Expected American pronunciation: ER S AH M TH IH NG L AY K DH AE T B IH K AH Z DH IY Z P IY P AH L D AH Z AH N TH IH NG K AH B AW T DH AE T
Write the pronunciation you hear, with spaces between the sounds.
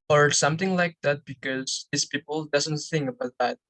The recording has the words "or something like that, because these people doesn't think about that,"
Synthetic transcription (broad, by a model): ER S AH M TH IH NG L AY K DH AE T B IH K AH Z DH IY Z P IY P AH L D AH Z AH N TH IH NG K AH B AW T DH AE T